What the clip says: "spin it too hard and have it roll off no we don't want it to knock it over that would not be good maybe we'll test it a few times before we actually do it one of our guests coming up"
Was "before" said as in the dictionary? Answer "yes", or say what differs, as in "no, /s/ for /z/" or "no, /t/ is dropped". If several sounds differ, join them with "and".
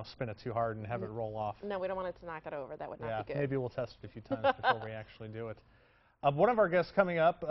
no, /f/ is dropped